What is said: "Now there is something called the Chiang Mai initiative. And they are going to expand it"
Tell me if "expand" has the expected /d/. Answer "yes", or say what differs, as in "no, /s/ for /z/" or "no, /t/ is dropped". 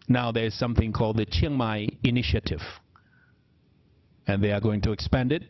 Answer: yes